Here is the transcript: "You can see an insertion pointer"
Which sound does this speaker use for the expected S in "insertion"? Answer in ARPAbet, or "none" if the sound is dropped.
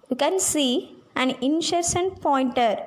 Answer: SH